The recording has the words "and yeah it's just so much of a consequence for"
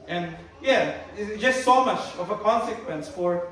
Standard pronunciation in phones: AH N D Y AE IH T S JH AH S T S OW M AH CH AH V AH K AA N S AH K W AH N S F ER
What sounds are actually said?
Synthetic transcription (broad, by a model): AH N Y AE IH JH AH S T S OW M AH CH AH V AH K AA N S AH K W AH N S F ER